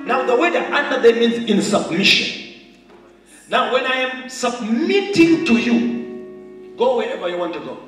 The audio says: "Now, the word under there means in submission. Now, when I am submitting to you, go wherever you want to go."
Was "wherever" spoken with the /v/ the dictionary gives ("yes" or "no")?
yes